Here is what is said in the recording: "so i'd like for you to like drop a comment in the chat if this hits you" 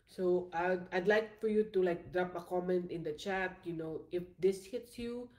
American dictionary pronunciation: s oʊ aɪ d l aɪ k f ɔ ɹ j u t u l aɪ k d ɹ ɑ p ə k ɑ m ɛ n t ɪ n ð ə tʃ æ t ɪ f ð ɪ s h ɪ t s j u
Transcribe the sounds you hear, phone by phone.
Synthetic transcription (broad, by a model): s oʊ aɪ d l aɪ k f ɔ ɹ j u t u l aɪ k d ɹ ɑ p ə k ɑ m ɛ n t ɪ n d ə tʃ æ t ɪ f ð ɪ s h ɪ t s j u